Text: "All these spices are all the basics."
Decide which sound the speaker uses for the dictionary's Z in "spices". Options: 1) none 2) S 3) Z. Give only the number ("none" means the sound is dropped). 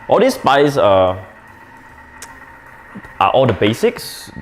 1